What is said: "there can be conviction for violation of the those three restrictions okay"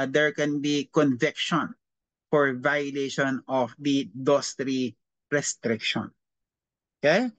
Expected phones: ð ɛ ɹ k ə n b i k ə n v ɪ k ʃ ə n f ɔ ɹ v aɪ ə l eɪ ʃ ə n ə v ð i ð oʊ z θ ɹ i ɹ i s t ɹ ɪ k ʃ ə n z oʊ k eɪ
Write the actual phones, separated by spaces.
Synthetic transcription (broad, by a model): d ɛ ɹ k ə n b i k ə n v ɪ k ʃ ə n f ɔ ɹ v aɪ ə l eɪ ʃ ə n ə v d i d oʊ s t ɹ i ɹ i s t ɹ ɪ k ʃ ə n oʊ k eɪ